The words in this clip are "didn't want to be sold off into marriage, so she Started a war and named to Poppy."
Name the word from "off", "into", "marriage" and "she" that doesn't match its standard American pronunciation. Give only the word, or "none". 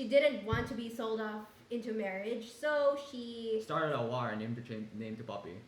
off